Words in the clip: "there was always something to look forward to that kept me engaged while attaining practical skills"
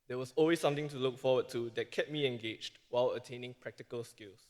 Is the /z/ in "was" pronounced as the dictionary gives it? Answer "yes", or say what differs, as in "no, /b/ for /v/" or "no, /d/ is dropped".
no, /s/ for /z/